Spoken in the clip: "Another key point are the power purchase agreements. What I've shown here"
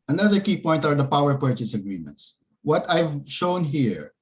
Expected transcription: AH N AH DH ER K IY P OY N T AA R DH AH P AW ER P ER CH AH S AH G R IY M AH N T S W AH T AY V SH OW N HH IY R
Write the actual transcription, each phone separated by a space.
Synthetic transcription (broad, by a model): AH N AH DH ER K IY P OY N T AA R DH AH P AW ER P ER CH AH S AH G R IY M AH N T S W AH T AY V SH OW N HH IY R